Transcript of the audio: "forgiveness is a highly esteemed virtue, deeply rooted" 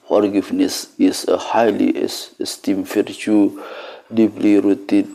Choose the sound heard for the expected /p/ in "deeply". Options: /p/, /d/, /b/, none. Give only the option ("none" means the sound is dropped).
/b/